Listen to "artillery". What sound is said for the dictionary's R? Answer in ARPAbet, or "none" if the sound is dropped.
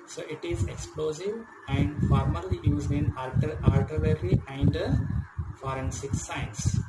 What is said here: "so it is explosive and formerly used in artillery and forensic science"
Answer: L